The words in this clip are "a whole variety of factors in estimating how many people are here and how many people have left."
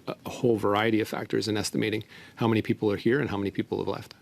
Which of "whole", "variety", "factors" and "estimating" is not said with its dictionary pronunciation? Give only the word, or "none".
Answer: none